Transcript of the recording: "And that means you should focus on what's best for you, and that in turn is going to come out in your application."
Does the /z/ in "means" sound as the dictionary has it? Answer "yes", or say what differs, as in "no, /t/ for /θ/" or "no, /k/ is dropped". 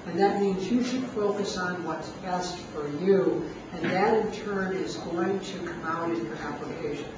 yes